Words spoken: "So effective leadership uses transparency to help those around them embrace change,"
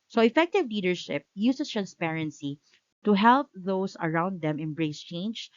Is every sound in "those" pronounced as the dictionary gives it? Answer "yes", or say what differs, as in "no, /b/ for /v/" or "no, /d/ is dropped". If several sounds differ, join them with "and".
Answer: no, /s/ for /z/